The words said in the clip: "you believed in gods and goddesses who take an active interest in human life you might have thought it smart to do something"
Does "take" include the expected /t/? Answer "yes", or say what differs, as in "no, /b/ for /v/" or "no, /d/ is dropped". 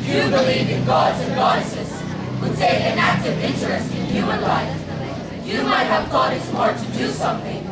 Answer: no, /s/ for /t/